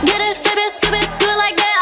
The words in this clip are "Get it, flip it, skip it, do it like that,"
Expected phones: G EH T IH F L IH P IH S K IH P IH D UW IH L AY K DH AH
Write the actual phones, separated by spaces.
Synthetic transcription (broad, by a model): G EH T IH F IH B IH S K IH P IH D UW L AY K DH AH